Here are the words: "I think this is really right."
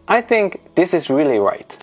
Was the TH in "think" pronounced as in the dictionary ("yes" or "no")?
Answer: yes